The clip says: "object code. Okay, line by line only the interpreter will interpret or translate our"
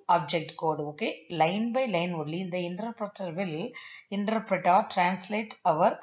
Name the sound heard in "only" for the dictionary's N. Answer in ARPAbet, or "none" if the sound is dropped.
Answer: none